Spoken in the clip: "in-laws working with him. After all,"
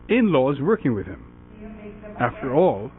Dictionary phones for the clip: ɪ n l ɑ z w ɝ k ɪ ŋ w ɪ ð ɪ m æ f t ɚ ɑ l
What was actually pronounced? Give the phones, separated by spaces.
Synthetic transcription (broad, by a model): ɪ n l ɑ z w ɝ k ɪ ŋ w ɪ ð ɪ m æ f t ɚ ɑ l